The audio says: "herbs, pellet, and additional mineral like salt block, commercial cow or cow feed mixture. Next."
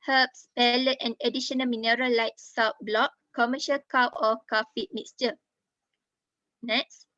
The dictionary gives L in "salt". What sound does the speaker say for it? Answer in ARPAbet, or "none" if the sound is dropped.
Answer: W